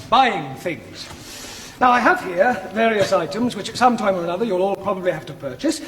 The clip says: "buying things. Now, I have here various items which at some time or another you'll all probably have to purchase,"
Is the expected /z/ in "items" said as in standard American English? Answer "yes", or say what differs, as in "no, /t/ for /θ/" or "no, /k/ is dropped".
yes